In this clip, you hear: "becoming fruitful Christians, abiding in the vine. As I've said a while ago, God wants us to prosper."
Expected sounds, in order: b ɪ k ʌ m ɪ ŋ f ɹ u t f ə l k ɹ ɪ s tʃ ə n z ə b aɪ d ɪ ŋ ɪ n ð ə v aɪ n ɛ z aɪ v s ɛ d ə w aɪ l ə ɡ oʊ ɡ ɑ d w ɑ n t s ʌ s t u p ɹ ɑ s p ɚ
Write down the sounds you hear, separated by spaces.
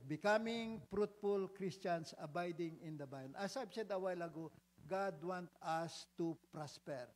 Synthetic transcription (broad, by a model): b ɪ k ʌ m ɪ ŋ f ɹ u t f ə l k ɹ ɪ s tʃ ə n s ə b aɪ d ɪ ŋ ɪ n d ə b aɪ n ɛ s aɪ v s ɛ d ə w aɪ l ə ɡ oʊ ɡ ɑ d w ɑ n t ʌ s t u p ɹ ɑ s p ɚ